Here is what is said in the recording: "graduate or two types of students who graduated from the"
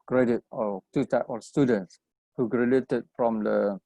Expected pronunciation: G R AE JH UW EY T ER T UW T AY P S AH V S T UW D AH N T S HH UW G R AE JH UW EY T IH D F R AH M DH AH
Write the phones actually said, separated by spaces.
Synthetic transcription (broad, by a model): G R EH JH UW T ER T UW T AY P AH S T UW D AH N T S HH UW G R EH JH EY T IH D F R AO M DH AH